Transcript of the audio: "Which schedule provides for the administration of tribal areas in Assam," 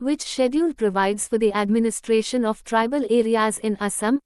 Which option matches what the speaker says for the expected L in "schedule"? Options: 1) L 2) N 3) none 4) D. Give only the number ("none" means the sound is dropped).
2